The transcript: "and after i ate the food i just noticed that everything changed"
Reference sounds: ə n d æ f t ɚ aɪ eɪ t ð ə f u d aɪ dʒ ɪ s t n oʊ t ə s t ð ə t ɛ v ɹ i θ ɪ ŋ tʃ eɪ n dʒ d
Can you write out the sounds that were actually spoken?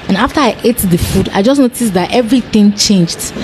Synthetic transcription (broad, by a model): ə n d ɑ f t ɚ aɪ eɪ t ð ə f u d aɪ dʒ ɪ s n oʊ t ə s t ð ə t ɛ v ɹ i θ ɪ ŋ tʃ eɪ n dʒ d